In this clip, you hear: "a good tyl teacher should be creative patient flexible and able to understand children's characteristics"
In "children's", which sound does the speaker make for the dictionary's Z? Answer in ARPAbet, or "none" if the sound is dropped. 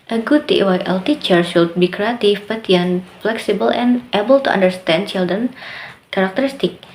none